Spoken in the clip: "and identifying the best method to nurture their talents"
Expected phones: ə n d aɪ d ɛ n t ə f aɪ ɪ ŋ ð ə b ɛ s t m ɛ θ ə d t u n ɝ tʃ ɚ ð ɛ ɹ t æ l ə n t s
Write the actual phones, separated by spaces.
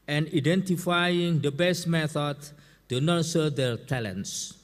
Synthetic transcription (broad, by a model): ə n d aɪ d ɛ n t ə f aɪ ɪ ŋ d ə b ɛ s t m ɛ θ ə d t u n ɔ s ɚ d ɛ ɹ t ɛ l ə n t s